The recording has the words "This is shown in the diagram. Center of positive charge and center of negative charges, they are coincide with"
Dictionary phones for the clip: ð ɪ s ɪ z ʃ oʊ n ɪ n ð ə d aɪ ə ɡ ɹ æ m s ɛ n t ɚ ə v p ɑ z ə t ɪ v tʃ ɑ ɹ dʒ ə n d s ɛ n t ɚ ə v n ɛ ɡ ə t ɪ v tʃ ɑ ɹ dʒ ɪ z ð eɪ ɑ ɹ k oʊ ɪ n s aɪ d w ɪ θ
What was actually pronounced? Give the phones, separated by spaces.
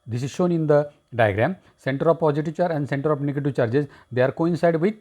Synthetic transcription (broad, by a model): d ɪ s ɪ z ʃ oʊ n ɪ n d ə d aɪ ə ɡ ɹ æ m s ɛ n t ɚ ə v p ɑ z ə t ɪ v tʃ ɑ ɹ ə n d s ɛ n t ɚ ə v n ɛ ɡ ə t ɪ v tʃ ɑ ɹ dʒ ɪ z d eɪ ɑ ɹ k oʊ ɪ n s aɪ d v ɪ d